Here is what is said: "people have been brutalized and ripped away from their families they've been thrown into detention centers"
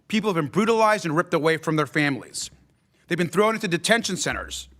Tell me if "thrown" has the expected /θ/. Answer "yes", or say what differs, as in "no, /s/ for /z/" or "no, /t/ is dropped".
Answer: yes